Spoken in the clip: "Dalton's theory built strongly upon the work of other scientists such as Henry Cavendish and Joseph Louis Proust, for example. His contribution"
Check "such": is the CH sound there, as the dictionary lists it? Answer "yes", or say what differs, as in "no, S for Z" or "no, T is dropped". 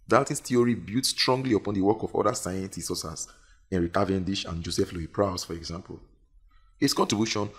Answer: no, S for CH